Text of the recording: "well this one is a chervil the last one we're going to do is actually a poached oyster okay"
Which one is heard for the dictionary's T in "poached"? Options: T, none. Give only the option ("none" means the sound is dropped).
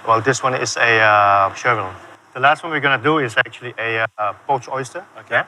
none